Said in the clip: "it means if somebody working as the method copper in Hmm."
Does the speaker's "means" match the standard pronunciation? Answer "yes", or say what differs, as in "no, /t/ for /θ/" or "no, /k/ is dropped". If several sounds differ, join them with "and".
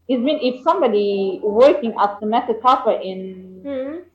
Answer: no, /z/ is dropped